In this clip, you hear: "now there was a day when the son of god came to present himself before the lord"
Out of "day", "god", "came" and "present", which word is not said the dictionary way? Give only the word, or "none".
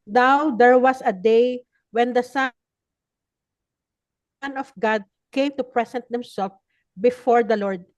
present